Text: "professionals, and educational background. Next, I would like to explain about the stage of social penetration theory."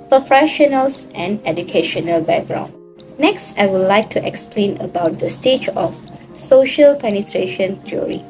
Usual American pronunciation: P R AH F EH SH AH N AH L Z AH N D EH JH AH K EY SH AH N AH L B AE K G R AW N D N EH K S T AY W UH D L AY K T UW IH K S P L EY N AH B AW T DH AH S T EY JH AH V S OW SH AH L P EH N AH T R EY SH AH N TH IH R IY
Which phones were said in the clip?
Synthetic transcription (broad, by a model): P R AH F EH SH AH N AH L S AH N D EH JH AH K EY SH AH N AH L B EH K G R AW N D N EH K S T AY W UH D L AY K T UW IH K S P L EY N AH B AW T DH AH S T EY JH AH F S OW SH AH L P EH N AH T R EY SH AH N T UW R IY